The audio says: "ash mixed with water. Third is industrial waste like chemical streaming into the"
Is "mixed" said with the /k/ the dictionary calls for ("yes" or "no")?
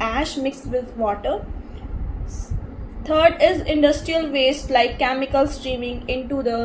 yes